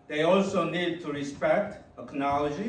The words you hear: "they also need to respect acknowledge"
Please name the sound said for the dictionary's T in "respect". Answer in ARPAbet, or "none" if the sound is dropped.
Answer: T